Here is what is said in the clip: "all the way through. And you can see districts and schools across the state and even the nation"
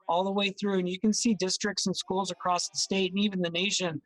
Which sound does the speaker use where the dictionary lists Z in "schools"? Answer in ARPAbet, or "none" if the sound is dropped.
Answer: Z